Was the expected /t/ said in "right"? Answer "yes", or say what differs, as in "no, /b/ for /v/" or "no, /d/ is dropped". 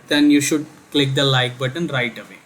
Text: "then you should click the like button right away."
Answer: yes